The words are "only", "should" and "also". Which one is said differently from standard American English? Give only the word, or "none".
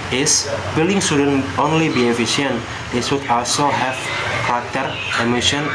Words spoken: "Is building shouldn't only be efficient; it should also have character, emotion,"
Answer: should